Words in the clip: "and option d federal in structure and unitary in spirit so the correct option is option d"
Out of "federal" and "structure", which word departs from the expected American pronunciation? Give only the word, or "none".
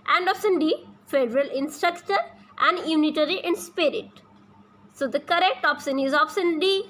none